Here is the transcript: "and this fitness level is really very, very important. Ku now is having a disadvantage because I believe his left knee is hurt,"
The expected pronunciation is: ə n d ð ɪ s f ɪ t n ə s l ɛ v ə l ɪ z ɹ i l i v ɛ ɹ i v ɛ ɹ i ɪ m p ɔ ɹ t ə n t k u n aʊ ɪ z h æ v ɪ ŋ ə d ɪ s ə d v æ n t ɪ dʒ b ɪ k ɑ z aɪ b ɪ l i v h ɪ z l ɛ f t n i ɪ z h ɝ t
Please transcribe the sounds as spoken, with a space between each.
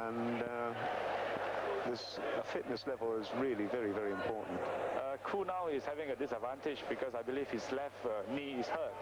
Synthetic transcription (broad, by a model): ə n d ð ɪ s f ɪ t n ə s l ɛ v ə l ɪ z ɹ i l i v ɛ ɹ i v ɛ ɹ i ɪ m p ɔ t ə n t k u n aʊ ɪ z h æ v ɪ ŋ ə d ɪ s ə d v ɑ n t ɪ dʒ b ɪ k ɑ s aɪ b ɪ l i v h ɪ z l ɛ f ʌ n i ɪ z h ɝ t